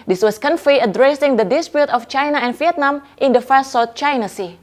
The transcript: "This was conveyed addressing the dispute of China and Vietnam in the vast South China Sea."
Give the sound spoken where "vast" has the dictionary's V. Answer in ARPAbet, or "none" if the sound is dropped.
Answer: F